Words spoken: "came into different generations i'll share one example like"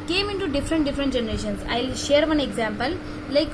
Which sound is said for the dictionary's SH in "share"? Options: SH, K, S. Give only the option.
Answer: SH